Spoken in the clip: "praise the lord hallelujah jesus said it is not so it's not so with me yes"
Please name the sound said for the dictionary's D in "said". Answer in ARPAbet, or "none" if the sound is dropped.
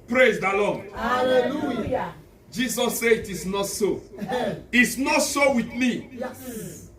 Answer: none